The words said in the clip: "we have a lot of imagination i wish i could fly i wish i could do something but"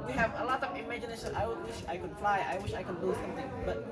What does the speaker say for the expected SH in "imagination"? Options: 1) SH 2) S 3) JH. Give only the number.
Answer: 2